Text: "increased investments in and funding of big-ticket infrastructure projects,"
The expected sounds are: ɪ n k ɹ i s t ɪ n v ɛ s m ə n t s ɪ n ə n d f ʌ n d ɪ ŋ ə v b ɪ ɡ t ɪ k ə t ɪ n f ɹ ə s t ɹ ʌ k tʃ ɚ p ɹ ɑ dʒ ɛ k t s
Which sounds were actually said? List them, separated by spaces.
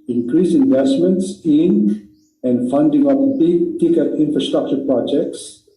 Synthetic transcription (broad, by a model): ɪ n k ɹ i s ɪ n v ɛ s m ə n t s ɪ n ə n d f ʌ n d ɪ ŋ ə p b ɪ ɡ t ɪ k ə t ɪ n f ɹ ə s t ɹ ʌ k tʃ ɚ p ɹ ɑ dʒ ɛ k t s